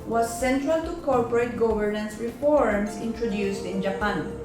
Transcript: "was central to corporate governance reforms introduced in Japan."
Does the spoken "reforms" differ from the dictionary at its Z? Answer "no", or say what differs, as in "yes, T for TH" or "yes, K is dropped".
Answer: yes, S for Z